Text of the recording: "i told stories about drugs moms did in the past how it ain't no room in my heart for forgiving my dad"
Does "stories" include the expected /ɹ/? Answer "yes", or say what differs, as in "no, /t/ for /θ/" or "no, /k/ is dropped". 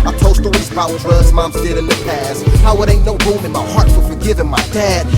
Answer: no, /l/ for /ɹ/